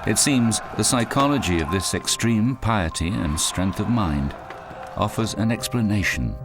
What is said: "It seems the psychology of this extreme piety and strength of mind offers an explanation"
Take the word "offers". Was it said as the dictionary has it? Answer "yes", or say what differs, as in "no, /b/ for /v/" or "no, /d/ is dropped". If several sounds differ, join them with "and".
yes